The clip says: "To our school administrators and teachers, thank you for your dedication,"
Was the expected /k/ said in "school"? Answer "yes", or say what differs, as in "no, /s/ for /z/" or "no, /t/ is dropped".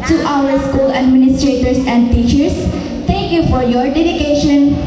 yes